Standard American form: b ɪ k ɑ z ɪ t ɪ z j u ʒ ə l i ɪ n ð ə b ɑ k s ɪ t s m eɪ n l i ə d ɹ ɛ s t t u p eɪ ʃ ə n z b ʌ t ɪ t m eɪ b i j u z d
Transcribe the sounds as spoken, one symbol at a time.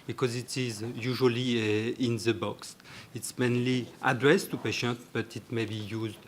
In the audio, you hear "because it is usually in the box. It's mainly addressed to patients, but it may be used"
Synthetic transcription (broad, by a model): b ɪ k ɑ z ɪ t ɪ z j u ʒ ə l i ɪ n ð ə b ɑ k s ɪ t s m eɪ n l i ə d ɹ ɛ s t t u p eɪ ʃ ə n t b ʌ t ɪ t m eɪ b i j u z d